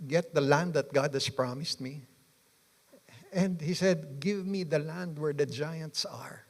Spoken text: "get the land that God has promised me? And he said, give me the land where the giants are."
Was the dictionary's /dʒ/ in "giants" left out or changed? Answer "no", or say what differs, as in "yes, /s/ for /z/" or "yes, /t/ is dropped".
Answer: no